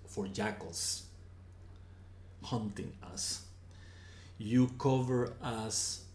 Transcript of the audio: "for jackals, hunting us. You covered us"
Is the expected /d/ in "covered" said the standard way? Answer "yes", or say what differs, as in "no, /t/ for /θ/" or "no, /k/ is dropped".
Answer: no, /d/ is dropped